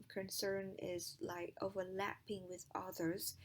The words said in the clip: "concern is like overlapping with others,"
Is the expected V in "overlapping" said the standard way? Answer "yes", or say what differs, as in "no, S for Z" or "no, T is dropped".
yes